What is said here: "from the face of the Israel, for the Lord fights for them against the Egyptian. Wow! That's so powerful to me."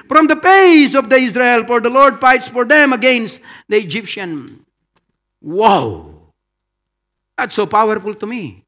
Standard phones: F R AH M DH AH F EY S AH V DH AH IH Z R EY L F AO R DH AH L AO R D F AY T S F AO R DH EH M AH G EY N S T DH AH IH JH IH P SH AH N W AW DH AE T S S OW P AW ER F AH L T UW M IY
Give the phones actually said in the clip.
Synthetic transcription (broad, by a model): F R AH M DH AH P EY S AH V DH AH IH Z R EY L F AO R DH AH L AO R D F AY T S F AO R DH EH M AH G EY N S T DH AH IH JH IH P SH AH N W AW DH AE T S S OW P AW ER F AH L T UW M IY